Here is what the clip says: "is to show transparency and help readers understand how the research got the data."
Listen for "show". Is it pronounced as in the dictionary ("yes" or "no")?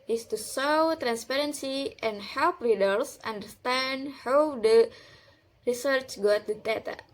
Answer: no